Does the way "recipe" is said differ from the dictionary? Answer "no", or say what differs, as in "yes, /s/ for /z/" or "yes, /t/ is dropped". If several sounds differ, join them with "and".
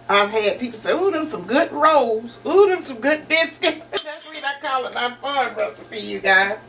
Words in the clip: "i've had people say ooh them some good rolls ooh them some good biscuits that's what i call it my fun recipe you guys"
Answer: yes, /f/ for /p/